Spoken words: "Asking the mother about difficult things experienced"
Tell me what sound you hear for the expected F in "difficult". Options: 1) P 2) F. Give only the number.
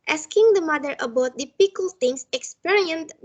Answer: 1